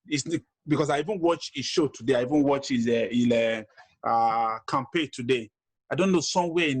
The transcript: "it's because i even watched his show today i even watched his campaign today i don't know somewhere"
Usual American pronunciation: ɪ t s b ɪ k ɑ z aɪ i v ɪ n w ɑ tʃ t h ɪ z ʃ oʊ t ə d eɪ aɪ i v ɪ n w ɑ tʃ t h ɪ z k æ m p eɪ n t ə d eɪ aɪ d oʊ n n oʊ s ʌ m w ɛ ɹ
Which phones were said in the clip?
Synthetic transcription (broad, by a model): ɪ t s b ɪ k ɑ s aɪ i v ɪ n w ɑ tʃ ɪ ʃ oʊ t ə d eɪ aɪ i v ɪ n w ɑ tʃ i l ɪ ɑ k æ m p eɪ t ə d eɪ aɪ d oʊ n n oʊ s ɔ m w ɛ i